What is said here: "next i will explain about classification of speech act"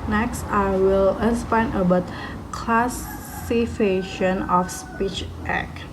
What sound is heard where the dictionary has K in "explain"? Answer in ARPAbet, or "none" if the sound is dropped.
none